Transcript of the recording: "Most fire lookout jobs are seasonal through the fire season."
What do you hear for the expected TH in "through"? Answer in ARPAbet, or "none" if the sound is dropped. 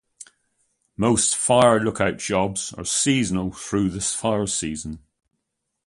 TH